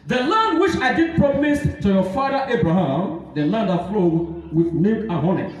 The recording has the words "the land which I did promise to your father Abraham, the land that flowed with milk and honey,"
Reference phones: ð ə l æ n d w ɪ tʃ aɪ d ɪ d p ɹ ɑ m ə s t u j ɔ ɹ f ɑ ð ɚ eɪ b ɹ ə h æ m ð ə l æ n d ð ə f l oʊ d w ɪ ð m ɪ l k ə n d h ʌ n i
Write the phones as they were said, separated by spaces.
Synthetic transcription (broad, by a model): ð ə l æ n d w ɪ tʃ aɪ d ɪ d p ɹ ɑ m ə s t u j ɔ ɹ f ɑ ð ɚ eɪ b ɹ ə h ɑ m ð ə l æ n d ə f l oʊ d w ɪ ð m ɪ k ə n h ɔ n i